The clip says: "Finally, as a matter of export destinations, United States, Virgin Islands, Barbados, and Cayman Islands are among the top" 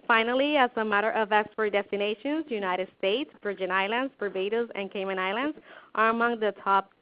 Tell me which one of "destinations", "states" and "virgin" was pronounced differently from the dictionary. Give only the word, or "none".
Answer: virgin